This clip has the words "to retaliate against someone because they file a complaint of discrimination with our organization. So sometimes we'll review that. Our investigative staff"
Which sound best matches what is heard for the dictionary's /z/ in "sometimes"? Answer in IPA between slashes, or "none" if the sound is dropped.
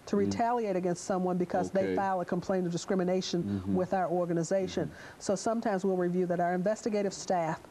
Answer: /z/